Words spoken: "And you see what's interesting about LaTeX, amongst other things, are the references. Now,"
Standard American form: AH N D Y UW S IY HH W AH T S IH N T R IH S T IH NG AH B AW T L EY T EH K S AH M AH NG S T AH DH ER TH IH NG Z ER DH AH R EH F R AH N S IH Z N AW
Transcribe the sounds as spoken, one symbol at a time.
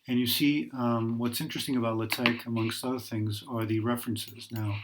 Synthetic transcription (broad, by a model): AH N Y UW S IY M W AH T S IH N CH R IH S T IH NG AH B AW T L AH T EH K AH M AH NG S T AH DH ER TH IH NG Z ER DH AH R EH F R AH N S IH Z N AW